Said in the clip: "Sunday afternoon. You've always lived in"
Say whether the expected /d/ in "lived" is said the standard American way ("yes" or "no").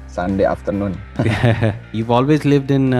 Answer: yes